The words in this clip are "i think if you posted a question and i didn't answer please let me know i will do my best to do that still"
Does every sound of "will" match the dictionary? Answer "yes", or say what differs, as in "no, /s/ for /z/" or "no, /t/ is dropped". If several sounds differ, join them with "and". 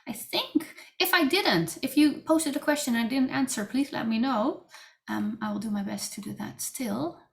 yes